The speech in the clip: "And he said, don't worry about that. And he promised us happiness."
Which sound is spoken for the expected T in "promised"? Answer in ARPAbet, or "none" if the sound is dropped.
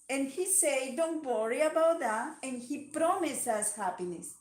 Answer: none